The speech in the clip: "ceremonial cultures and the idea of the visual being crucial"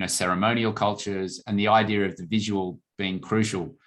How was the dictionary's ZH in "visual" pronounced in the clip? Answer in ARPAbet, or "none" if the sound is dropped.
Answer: ZH